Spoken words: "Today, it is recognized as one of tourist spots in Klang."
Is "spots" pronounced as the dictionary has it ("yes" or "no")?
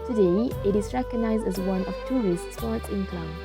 no